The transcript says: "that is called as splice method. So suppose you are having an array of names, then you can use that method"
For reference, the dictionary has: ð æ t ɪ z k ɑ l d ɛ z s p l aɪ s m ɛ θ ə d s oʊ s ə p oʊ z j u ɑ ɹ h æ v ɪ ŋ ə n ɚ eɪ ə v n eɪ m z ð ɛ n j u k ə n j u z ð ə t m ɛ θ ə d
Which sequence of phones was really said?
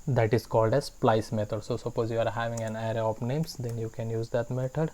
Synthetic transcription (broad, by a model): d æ t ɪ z k ɑ l d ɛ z s p l aɪ s m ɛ t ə d s oʊ s ə p oʊ z j u ɑ ɹ h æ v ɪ ŋ ə n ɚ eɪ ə p n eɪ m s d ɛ n j u k ə n j u z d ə t m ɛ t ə d